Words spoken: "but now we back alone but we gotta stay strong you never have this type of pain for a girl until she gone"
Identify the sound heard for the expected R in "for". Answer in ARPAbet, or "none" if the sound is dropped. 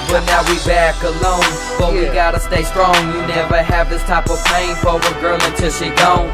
W